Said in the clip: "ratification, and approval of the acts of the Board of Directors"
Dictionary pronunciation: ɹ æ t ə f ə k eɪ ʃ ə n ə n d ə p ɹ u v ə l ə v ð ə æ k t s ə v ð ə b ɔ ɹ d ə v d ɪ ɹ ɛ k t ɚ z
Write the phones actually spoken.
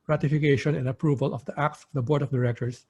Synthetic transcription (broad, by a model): ɹ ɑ t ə f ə k eɪ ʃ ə n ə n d ə p ɹ u v ə l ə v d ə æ k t s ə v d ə b ɔ ɹ d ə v d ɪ ɹ ɛ k t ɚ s